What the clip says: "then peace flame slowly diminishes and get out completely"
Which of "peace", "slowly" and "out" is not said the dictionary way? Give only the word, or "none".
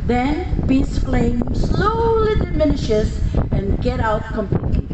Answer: peace